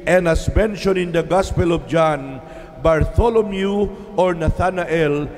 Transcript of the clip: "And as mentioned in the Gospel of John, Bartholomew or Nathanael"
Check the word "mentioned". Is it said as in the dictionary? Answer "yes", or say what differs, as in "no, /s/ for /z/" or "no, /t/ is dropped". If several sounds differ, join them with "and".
no, /d/ is dropped